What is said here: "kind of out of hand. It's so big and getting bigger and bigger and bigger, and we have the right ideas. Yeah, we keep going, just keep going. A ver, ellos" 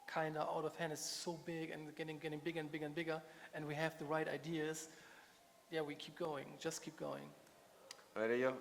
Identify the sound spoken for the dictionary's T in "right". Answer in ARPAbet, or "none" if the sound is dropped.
T